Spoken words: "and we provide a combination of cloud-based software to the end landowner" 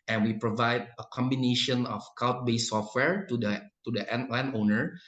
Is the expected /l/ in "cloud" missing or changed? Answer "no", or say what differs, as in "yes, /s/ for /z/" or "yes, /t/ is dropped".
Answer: yes, /l/ is dropped